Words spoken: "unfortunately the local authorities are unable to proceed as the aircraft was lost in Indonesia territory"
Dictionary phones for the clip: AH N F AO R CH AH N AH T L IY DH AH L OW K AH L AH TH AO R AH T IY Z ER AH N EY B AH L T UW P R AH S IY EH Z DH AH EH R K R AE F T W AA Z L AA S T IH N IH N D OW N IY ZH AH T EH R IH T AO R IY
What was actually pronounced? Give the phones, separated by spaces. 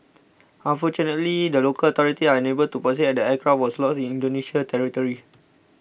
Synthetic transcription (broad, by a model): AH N F AO CH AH N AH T L IY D AH L OW K AH L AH T AO R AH T IY AA AH N EY B AH L T UW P AH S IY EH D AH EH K R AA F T W AA S L AA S IH N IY N D OW N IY SH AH T EH R IH T AO R IY